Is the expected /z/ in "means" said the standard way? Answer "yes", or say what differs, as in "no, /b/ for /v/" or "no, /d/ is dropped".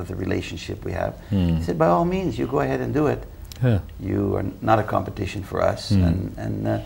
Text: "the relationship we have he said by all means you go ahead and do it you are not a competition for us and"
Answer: yes